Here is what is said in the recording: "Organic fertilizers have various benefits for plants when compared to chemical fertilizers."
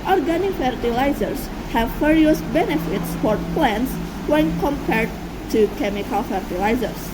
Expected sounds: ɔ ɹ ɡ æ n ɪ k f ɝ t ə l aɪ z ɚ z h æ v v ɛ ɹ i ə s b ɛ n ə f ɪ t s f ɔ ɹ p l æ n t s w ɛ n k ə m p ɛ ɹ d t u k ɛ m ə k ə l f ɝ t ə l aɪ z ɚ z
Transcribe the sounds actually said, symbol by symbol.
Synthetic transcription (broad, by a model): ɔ ɹ ɡ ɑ n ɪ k f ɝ t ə l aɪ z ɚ s h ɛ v f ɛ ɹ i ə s b ɛ n ə f ɪ t s f ɔ ɹ p l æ n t s w ɛ n k ə m p ɛ ɹ d t u k ɛ m ə k ə l f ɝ t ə l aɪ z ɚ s